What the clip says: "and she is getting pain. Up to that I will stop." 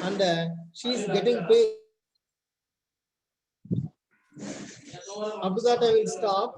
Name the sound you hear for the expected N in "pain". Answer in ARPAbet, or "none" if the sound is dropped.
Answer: none